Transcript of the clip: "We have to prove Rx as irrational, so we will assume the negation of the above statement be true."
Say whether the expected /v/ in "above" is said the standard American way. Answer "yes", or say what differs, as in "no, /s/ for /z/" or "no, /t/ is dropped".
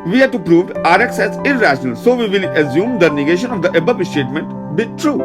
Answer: no, /p/ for /v/